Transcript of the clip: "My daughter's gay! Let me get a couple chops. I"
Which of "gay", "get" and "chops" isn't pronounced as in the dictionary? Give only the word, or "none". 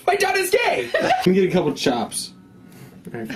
none